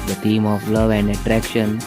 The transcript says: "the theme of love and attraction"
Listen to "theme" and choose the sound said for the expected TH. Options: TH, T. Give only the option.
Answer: T